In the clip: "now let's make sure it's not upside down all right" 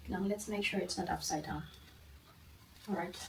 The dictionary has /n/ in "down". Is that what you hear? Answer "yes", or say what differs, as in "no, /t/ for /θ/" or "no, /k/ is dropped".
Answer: no, /n/ is dropped